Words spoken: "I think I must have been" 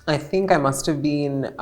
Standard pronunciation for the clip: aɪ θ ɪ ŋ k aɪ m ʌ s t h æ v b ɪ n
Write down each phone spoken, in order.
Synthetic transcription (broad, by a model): aɪ θ ɪ ŋ k aɪ m ʌ s t h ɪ v b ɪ n